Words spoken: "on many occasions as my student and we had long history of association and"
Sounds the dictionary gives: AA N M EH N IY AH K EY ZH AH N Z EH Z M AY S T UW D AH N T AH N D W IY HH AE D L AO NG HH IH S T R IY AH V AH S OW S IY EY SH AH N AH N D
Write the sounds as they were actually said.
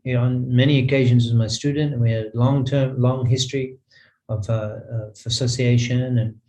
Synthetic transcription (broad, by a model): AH N M EH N IY AH K EY ZH AH N Z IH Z M AY S T UW D N T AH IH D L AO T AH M L AO NG HH IH S T R IY AH V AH S OW S IY EY SH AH N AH N